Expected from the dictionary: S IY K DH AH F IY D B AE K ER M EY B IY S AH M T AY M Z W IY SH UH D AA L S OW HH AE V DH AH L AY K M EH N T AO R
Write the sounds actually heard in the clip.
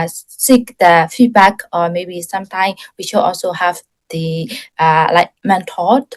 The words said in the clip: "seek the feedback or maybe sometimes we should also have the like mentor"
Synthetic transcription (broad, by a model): S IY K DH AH F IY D B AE K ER M EY B IY S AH M T AY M W IY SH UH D AA L S OW HH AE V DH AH L AY K M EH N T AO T